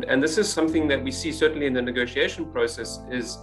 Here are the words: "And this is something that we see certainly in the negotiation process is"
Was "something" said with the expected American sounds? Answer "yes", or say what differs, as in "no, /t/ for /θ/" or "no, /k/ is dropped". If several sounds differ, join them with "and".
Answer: yes